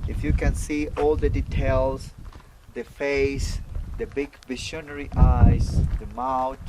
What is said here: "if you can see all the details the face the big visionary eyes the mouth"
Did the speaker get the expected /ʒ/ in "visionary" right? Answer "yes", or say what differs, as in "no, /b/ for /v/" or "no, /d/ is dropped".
no, /ʃ/ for /ʒ/